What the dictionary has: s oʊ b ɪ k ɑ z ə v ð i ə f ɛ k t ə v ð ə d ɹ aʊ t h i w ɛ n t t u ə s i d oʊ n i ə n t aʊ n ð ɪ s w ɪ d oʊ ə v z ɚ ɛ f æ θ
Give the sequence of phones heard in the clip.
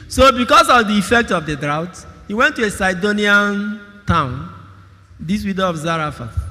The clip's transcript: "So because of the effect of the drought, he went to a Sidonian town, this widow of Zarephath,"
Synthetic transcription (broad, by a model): s oʊ b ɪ k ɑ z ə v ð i ə f ɛ k t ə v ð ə d ɹ aʊ t h i w ɛ n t t u ə s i d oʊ n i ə n t aʊ n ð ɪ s w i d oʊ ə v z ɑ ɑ f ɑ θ